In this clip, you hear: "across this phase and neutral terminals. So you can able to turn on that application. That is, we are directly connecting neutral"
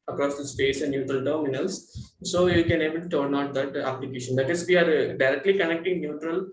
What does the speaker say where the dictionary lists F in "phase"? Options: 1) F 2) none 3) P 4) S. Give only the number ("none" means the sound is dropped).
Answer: 3